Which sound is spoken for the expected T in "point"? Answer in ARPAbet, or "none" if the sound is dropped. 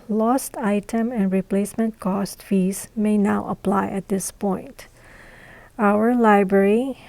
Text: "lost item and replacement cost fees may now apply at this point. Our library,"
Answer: T